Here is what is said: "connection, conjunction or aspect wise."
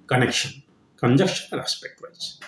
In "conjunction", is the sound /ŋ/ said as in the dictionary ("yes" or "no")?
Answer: no